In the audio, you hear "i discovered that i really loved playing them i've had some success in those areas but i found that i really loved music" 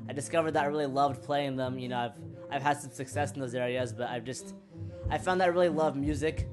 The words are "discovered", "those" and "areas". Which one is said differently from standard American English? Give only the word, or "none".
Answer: none